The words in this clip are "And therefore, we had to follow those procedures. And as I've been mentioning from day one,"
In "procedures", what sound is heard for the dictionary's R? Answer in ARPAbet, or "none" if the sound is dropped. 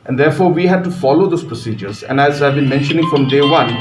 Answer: R